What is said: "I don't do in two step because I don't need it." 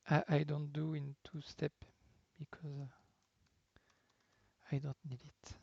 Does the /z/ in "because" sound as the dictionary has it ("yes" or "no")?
yes